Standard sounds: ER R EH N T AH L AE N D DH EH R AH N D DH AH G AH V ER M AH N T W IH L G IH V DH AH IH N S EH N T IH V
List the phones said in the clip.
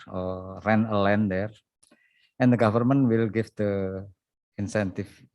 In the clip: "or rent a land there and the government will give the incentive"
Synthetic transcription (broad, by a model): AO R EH N AH L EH N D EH R AH N D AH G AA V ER M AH N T W IH L G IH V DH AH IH N S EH N T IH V